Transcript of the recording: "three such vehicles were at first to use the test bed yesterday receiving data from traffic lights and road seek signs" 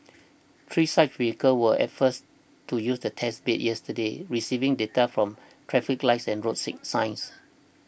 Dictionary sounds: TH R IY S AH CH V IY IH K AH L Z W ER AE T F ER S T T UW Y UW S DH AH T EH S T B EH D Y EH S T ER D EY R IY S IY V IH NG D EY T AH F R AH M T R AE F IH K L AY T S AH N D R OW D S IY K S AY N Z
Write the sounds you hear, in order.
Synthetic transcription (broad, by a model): T R IY S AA CH W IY K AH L W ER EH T F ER S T T UW Y UW S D AH T EH S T B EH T Y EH S T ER D EY R IY S IY V IH NG D EY T AH F R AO M T R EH F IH K L AY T S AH N R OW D S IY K S AY N S